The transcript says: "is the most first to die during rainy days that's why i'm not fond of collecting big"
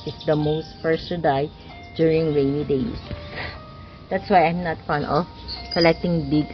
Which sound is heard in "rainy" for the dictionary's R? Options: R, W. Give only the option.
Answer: W